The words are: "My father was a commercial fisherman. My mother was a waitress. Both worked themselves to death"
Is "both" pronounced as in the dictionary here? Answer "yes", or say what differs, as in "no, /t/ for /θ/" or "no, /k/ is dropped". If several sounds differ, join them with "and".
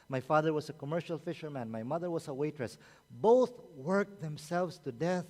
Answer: yes